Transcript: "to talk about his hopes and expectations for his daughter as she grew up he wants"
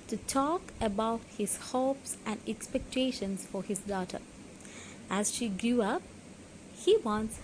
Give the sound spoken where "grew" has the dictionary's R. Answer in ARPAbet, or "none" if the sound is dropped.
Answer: none